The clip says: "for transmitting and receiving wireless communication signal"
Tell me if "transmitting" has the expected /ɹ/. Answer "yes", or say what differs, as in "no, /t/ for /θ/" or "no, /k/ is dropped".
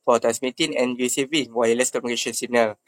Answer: no, /ɹ/ is dropped